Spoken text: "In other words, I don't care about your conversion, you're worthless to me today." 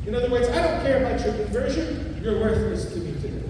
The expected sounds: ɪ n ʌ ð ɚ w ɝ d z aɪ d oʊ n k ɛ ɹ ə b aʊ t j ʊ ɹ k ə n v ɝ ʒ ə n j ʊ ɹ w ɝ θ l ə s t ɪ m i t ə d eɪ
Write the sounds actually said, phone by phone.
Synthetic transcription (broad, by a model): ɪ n ʌ ð ɚ w ɝ d z aɪ d oʊ n k ɛ ɹ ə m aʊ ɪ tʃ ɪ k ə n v ɝ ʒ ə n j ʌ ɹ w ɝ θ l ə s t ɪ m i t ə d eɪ